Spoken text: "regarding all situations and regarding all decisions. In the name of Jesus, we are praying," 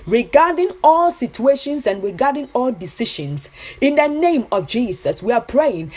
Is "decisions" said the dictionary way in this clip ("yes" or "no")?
no